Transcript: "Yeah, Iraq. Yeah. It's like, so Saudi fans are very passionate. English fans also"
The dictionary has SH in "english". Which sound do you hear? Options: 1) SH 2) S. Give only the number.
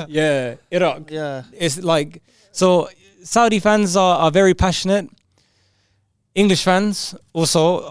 1